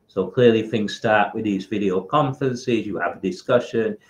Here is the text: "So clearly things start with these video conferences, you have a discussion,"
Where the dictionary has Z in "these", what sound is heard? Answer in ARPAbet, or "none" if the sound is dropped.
Z